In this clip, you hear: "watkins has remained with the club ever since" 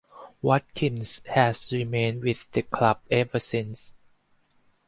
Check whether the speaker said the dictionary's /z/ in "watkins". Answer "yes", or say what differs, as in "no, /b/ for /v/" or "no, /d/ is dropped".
no, /s/ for /z/